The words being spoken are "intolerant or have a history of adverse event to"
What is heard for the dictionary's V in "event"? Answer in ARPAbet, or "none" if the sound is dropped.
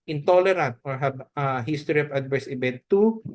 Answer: B